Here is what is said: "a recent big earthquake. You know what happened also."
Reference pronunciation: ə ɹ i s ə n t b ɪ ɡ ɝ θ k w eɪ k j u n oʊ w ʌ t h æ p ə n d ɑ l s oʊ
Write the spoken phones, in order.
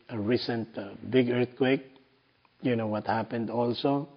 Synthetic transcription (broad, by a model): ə ɹ i s ə n t b ɪ ɡ ɝ θ k w eɪ k j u n oʊ w ʌ t h æ p ə n d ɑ l s oʊ